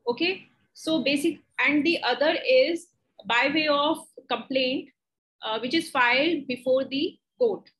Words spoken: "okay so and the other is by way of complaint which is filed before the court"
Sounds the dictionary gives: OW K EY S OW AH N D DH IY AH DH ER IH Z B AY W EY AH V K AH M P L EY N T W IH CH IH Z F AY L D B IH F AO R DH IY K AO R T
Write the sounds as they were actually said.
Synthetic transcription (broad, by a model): OW K EY S OW AH N D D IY AH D ER IH Z B AY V EY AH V K AH M P L EY N T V IH CH IH Z F AY L D B IH F AO R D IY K AO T